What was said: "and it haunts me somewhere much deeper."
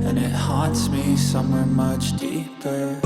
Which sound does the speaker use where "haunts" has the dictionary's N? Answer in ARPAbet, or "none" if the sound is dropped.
none